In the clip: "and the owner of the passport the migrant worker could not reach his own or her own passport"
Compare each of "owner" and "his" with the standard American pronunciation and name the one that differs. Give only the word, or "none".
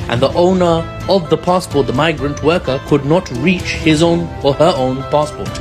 none